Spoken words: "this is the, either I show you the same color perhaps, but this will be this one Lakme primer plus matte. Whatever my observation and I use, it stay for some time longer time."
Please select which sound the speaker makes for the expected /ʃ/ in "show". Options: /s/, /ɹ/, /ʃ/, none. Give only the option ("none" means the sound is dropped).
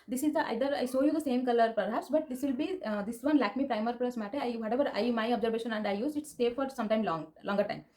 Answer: /s/